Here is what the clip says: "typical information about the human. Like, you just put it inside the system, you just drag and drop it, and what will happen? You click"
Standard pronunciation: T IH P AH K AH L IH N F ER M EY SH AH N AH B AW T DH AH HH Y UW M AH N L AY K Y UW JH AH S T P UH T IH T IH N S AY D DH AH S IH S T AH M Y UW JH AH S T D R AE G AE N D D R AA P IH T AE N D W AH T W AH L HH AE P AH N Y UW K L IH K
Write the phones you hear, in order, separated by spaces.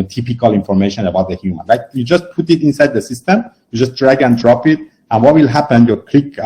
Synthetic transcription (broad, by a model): T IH P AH K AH L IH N F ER M EY SH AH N AH B AW T DH AH HH Y UW M AH N L AY K Y UW JH AH S T P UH T IH T IH N S AY D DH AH S IH S T AH M Y UW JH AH S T D R AE G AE N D D R AA P IH T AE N W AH T W AH L HH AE P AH N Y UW K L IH K